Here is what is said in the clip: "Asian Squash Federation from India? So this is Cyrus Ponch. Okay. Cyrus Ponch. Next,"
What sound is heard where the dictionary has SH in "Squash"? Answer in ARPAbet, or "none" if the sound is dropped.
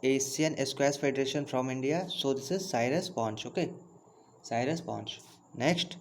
S